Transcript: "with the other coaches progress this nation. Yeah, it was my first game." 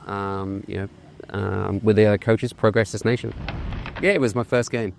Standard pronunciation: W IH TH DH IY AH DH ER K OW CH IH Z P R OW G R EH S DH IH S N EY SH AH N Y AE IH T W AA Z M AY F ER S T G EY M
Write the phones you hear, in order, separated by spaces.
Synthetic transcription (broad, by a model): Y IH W DH IY AH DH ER K OW CH IH Z P R OW G R EH S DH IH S N EY SH AH N Y AE IH T W AA Z M AY F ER S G EY M